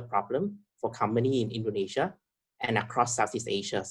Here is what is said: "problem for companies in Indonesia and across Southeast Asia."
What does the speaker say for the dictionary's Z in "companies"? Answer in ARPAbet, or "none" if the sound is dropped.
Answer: none